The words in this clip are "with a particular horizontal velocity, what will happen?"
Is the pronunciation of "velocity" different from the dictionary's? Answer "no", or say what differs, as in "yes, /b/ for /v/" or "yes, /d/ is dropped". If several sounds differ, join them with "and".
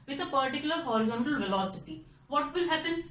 no